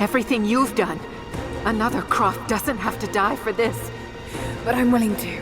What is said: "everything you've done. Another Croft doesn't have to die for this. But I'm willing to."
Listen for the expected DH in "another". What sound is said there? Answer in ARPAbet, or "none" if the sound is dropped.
DH